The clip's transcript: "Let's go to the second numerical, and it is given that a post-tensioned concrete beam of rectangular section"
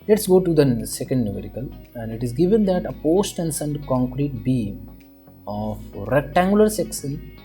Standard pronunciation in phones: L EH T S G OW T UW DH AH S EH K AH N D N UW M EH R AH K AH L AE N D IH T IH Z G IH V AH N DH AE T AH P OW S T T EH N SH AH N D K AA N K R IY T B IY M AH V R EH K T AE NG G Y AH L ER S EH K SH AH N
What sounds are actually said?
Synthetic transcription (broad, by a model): L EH T S G OW T UW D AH S EH K AH N D N UW M EH R AH K AH L AE N D IH T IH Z G IH V AH N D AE T AH P OW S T T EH N S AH N D K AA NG K R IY T B IY M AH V R EH K T AE NG G Y AH L ER S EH K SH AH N